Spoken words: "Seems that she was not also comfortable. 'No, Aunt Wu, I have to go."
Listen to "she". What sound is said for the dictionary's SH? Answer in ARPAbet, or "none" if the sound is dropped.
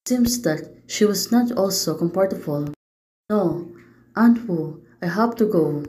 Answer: SH